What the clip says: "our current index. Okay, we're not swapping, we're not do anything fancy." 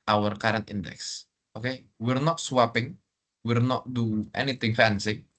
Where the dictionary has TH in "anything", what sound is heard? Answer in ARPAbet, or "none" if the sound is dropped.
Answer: T